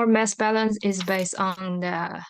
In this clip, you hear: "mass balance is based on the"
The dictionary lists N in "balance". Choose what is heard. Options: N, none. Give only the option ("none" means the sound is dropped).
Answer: N